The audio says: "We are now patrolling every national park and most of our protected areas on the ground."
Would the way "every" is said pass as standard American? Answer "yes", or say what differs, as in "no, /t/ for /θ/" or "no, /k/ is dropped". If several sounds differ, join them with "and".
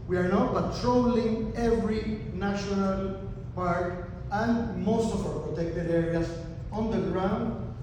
yes